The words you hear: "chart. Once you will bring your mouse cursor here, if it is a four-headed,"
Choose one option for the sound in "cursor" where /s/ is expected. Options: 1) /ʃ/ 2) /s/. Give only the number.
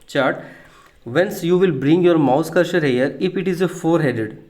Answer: 1